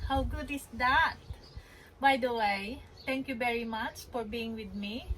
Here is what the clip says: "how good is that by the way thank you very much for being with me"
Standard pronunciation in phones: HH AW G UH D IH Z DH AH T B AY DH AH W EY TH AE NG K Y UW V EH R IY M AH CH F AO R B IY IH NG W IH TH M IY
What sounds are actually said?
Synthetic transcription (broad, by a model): HH AW G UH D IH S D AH T B AY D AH W EY T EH NG K Y UW V EH R IY M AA CH F AO R B IY IH NG W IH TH M IY